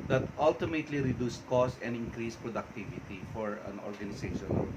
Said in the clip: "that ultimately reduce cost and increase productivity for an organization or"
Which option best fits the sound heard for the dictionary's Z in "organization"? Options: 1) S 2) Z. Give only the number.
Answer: 1